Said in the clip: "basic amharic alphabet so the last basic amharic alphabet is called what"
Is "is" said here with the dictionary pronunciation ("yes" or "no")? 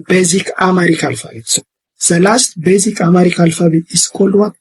no